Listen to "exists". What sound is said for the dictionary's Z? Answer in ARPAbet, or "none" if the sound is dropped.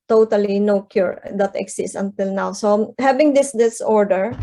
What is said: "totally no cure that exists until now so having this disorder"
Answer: S